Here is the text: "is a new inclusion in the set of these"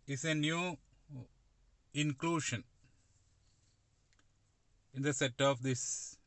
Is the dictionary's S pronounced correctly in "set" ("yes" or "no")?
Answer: yes